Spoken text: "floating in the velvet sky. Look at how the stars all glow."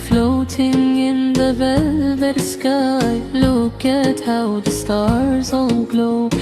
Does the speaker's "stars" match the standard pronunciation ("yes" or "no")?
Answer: yes